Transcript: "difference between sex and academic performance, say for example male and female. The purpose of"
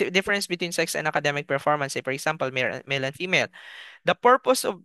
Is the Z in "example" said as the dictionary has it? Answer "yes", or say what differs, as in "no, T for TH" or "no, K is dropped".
no, S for Z